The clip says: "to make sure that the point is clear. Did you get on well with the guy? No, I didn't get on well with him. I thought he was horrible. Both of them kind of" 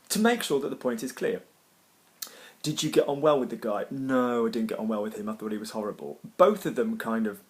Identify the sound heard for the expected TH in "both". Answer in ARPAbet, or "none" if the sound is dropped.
TH